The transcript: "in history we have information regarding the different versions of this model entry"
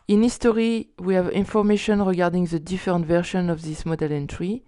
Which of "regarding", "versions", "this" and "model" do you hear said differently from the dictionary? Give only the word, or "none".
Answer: versions